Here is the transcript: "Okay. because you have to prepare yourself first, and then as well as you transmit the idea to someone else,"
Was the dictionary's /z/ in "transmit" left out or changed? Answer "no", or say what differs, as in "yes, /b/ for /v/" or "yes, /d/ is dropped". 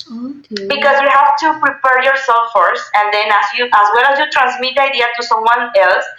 yes, /s/ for /z/